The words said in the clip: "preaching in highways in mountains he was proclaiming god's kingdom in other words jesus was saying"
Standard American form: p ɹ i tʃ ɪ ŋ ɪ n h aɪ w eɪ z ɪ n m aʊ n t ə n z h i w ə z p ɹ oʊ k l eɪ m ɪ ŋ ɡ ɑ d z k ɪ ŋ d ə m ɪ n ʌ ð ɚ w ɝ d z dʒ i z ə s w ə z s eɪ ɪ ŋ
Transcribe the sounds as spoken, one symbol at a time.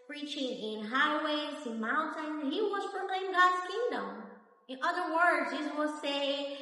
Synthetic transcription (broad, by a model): p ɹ i tʃ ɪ ŋ ɪ n h aɪ w eɪ z ɪ n m aʊ n t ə n h i w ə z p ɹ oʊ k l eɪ ɪ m ɡ ɑ d z k ɪ ŋ d ə m ɪ n ʌ ð ɚ w ɝ d z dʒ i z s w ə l s eɪ ɪ